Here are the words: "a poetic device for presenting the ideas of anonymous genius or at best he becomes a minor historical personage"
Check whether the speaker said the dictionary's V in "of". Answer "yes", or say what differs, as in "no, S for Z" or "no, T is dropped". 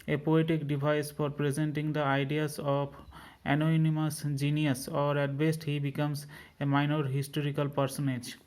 no, P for V